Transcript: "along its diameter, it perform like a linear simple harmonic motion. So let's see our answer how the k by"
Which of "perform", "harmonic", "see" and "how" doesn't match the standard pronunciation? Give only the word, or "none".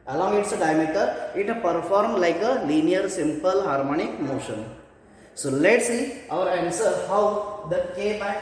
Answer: none